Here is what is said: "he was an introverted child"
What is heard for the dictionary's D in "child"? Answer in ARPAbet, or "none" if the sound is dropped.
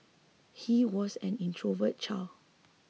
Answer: none